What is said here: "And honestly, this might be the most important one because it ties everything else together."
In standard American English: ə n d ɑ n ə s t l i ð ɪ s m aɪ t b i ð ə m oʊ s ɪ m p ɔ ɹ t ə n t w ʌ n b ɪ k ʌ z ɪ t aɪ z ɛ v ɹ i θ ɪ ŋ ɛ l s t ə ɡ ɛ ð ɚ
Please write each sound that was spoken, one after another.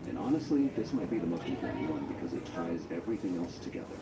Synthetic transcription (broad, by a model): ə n ɑ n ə s t l i ð ɪ s m aɪ t b i ð ə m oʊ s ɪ p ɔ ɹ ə w ʌ n b ɪ k ʌ z ɪ t aɪ z ɛ v ɹ i θ ɪ ŋ ɛ l s t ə ɡ ɛ ð ɚ